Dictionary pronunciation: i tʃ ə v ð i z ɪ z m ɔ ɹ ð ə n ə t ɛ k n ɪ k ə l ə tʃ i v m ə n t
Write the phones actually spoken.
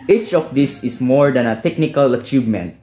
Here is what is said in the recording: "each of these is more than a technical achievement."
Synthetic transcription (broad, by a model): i tʃ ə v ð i s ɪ s m ɔ ɹ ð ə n ə t ɛ k n ɪ k ə l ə tʃ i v m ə n t